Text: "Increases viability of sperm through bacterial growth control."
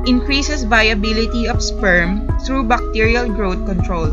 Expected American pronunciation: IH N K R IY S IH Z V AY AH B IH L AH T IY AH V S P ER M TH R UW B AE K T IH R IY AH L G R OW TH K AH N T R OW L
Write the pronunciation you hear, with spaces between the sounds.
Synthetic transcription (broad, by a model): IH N K R IY S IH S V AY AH B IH L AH T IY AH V S P ER M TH R UW B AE K T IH R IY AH L G R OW T K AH N T R OW L